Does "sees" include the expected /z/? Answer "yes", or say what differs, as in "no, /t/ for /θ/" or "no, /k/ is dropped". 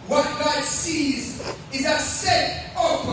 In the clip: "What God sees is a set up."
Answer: yes